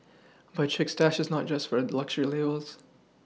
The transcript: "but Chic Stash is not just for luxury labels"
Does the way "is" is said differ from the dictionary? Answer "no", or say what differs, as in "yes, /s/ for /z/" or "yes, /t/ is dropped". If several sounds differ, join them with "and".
no